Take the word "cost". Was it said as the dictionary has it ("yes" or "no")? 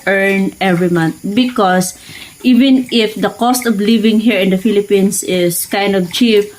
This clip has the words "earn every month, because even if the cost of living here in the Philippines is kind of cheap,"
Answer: yes